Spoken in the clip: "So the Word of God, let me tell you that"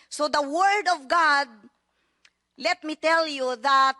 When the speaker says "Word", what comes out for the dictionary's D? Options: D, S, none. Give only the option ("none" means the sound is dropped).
D